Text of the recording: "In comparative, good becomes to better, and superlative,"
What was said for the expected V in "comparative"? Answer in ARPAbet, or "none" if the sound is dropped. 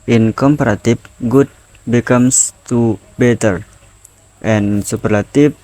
F